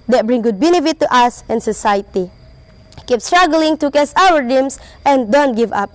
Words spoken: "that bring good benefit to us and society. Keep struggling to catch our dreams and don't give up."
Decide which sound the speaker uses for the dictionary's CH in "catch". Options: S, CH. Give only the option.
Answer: S